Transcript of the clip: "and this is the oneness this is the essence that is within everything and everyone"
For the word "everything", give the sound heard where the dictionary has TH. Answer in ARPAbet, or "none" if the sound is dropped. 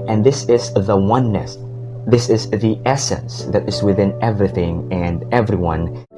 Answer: TH